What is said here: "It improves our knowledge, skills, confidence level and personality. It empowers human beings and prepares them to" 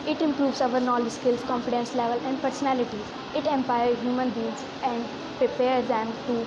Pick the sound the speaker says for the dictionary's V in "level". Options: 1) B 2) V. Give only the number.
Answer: 2